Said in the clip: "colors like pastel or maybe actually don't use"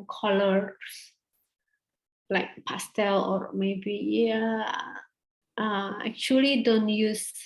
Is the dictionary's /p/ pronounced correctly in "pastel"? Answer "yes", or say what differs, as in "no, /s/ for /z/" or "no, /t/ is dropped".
yes